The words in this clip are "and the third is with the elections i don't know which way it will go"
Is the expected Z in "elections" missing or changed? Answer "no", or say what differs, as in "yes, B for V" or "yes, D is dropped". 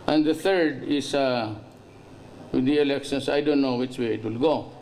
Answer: yes, S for Z